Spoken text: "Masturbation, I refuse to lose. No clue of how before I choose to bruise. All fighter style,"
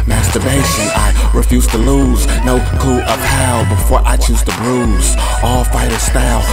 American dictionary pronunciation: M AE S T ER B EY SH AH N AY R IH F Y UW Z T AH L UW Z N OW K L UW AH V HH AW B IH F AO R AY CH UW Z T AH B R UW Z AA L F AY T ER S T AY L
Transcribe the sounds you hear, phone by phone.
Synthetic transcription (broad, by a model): M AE S T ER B EY SH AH N AY R IH F Y UW Z T AH L UW Z N OW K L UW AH P HH AW B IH F AO R AY CH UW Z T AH B R UW Z AA L F AY T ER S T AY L